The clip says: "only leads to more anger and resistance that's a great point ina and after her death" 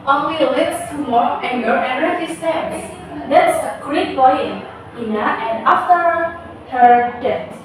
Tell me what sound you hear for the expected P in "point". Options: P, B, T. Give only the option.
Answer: B